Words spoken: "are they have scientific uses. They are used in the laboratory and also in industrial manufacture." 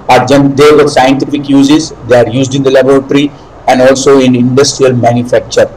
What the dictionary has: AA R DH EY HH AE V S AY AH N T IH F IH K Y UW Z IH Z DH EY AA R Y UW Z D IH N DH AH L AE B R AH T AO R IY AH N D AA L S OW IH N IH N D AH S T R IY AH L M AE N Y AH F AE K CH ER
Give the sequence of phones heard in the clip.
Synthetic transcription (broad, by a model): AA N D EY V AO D S AY AH N T IH F IH K Y UW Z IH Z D EY AA R Y UW Z D IH N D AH L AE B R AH T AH R IY AH N D AA L S OW IH N IH N D AH S T R IY AH L M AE N Y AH F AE K CH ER